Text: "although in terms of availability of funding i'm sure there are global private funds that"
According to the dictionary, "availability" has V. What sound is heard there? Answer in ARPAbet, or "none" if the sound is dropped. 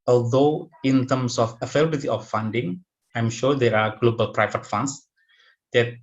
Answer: F